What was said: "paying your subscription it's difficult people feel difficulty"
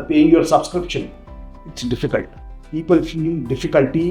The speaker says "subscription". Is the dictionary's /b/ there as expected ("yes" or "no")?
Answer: yes